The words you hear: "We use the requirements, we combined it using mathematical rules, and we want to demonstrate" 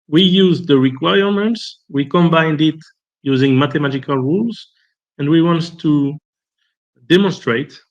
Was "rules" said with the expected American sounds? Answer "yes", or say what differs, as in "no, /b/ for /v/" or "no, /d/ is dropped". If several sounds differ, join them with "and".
yes